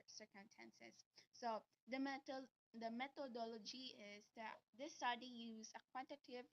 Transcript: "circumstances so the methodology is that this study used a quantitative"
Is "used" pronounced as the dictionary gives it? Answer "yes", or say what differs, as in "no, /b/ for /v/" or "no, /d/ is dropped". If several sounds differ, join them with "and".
no, /d/ is dropped